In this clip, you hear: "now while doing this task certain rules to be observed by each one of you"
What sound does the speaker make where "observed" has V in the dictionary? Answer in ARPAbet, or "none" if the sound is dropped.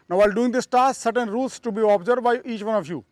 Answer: none